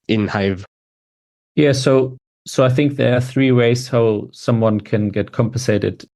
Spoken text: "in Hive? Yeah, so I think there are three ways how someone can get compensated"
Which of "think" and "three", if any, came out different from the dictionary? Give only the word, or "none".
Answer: none